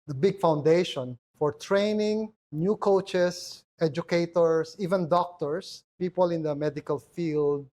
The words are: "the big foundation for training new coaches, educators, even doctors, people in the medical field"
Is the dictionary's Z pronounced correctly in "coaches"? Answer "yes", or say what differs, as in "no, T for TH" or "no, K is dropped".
no, S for Z